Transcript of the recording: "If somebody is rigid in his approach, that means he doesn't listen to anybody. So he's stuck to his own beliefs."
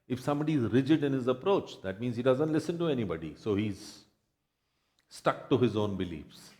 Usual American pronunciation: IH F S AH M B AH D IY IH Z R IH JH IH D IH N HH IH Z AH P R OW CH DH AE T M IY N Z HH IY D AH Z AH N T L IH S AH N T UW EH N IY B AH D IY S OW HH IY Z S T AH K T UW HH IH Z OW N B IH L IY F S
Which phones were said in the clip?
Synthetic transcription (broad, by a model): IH F S AH M B AH D IY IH Z R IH JH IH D IH N HH IH Z AH P R OW CH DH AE T M IY N Z HH IY D AH Z AH N T L IH S AH N T UW EH N IY B AH D IY S OW HH IY Z S T AH K T UW HH IH Z OW N B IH L IY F S